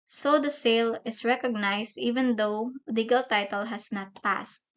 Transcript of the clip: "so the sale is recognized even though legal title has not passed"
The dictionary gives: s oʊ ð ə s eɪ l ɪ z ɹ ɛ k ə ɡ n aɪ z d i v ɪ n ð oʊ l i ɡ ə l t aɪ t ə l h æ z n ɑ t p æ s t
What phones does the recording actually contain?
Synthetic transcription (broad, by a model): s oʊ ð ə s eɪ l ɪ s ɹ ɛ k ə ɡ n aɪ s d i v ɪ n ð oʊ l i ɡ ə l t aɪ t ə l h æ s n ɑ t p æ s t